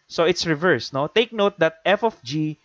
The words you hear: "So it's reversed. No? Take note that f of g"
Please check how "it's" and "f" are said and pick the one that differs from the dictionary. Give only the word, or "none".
none